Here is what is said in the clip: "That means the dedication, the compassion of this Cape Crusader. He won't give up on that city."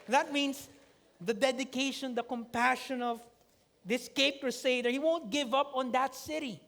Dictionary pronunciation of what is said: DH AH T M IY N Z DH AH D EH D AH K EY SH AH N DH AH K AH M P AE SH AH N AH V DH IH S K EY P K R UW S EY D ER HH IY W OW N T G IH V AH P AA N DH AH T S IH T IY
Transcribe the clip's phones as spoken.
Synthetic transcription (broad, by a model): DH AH T M IY N S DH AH D EH D AH K EY SH AH N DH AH K AH M P AE SH AH N AH V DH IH S K EY P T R S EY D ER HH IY W OW N T G IH V AH P AA N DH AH T S IH T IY